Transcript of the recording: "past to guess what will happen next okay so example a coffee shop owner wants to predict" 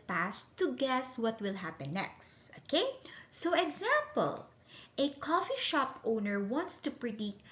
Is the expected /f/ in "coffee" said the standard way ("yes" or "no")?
yes